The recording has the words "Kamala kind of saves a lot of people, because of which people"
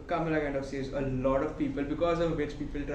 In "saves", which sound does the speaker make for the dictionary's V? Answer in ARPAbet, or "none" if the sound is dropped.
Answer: none